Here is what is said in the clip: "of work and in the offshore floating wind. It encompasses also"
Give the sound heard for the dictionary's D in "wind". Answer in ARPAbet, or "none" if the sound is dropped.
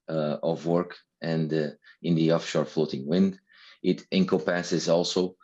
D